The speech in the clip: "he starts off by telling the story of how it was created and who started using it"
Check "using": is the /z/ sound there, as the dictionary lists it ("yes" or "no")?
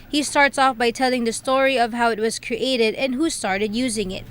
yes